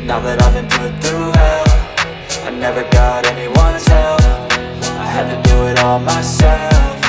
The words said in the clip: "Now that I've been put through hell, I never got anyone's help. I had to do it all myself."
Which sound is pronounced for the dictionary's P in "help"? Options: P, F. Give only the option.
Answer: F